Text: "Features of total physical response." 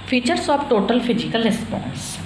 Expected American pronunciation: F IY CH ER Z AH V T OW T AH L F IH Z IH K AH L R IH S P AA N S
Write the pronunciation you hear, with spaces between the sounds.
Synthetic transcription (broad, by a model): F IY CH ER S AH P T OW T AH L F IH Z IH K AH L R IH S P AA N S